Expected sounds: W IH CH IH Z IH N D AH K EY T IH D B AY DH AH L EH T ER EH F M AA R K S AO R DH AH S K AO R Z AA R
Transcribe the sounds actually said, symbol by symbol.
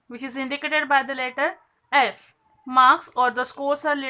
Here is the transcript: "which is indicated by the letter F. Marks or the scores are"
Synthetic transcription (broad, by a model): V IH CH IH Z IH N D AH K EY T IH D B AY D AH L EH T ER EH F M AA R K S AO R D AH S K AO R S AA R